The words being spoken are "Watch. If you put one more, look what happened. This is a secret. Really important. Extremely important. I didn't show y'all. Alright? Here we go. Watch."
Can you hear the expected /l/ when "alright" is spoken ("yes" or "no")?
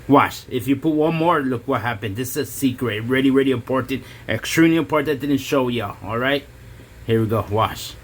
yes